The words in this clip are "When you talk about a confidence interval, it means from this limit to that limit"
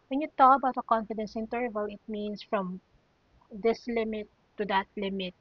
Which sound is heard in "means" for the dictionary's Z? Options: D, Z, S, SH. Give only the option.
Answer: S